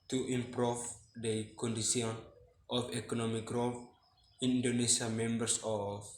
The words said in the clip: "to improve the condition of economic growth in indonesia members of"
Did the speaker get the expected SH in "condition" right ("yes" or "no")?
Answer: no